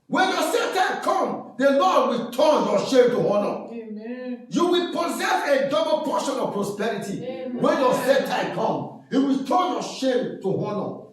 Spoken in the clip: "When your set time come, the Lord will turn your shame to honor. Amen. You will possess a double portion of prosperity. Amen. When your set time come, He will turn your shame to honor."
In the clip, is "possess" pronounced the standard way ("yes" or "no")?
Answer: yes